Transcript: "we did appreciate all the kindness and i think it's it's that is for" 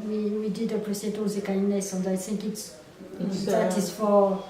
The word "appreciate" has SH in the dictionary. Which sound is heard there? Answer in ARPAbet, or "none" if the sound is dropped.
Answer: S